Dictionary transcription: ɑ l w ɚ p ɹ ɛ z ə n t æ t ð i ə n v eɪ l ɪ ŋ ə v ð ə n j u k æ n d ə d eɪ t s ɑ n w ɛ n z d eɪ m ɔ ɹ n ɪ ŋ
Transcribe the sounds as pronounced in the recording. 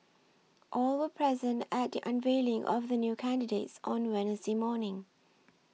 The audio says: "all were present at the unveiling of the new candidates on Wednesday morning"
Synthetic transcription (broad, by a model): ɑ l w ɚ p ɹ ɛ z ə n t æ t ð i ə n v eɪ l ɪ ŋ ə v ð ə n j u k æ n d ə d eɪ t s ɑ n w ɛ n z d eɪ m ɔ n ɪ ŋ